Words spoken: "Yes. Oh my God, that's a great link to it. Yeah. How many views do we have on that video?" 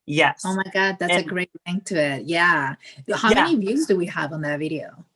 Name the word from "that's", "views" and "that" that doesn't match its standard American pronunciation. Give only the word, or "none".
none